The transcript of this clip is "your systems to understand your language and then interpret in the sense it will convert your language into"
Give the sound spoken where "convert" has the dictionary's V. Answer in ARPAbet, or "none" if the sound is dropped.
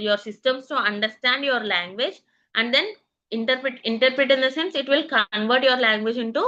V